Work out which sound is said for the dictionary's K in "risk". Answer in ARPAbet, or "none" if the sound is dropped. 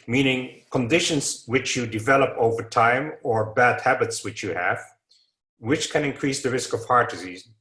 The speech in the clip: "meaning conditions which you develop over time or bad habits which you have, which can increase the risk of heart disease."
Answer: K